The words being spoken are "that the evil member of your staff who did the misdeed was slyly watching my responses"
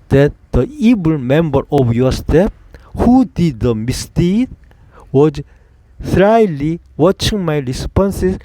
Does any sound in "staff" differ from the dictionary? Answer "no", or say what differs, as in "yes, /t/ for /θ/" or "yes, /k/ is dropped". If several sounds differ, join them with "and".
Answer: yes, /p/ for /f/